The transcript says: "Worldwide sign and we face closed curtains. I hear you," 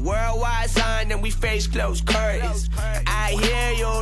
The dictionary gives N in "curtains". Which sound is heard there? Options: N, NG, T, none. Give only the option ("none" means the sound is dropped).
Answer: none